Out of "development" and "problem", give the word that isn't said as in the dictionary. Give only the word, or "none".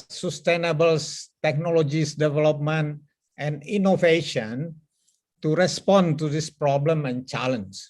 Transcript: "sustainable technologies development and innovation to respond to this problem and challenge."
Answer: none